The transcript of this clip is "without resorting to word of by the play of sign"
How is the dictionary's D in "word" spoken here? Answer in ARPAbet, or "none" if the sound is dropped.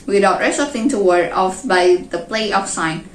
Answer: none